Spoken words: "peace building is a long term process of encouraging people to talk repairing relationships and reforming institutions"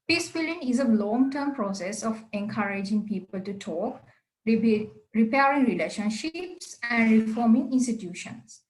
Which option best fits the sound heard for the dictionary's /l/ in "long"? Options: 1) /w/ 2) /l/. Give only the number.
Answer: 2